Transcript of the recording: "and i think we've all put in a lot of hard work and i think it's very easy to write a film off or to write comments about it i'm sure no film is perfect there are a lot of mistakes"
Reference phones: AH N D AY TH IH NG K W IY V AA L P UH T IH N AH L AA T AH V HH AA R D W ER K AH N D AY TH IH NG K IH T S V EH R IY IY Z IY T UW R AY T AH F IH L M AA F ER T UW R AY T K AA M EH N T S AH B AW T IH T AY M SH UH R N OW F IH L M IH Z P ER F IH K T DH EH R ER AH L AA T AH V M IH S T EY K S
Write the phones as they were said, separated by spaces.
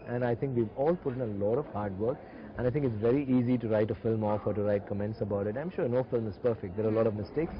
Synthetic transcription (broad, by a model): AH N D AY T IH NG K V IY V AA L P UH T IH N AH L AA T AH V HH AA R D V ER K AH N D AY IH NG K IH T S V EH R IY IY Z IY T UW R AY T AH F IH L M AA F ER T UW R AY T K AA M EH N T S AH B AW T IH T AY M SH UH R N OW F IH L M IH Z P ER F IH K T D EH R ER AH L AA T AH V M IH S T EY K S